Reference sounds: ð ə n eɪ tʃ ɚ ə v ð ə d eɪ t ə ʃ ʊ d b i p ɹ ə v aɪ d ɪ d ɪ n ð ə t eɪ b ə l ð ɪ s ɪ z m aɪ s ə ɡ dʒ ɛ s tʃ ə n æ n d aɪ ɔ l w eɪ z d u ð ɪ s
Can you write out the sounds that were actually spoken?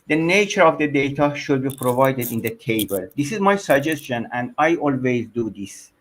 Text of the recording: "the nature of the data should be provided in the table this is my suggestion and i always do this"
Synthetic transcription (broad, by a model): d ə n eɪ tʃ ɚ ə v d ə d eɪ t ə ʃ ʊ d b i p ɹ ə v aɪ d ɪ d ɪ n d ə t eɪ b ə l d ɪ s ɪ z m aɪ s ə ɡ dʒ ɛ s tʃ ə n æ n d aɪ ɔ l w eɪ z d u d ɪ s